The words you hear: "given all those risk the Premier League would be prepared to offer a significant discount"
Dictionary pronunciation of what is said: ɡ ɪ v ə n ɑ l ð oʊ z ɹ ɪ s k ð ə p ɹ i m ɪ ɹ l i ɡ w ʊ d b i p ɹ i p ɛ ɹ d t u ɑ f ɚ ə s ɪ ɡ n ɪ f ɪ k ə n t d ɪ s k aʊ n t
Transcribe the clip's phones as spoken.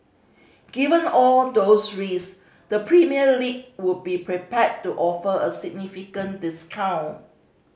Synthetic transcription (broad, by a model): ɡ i v ə n ɑ l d oʊ s ɹ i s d ə p ɹ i m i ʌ l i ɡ w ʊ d b i p ɹ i p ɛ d t u ɑ f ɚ ə s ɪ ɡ n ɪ f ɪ k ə n d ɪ s k aʊ n